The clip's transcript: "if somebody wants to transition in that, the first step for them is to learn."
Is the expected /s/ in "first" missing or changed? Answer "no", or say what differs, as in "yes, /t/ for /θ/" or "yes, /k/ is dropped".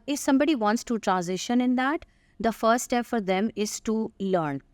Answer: yes, /s/ is dropped